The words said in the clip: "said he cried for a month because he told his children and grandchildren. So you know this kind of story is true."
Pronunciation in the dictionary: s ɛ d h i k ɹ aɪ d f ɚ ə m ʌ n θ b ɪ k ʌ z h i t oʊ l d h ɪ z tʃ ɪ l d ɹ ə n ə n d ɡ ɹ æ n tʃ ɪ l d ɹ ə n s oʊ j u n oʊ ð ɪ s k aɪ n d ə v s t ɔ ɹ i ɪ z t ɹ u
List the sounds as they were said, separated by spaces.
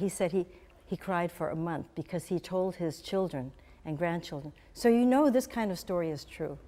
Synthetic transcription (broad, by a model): s ɛ d h i k ɹ aɪ d f ɚ ə m ʌ n θ b ɪ k ʌ z h i t oʊ l d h ɪ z tʃ ɪ l d ɹ ə n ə n ɡ ɹ æ n tʃ ɪ l d ɹ ə n s oʊ j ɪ n oʊ ð ɪ s k aɪ n d ə v s t ɔ ɹ i ɪ z t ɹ u